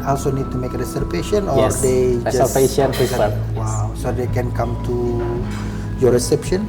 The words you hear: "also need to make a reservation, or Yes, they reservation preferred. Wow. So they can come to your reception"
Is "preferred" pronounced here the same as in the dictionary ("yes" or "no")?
no